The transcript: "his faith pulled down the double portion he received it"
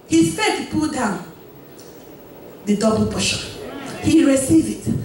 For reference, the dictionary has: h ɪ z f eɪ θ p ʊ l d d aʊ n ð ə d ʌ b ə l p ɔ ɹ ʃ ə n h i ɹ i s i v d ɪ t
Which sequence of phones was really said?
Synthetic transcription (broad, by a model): h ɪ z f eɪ t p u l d d aʊ n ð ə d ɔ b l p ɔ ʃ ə h i ɹ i s i v ɪ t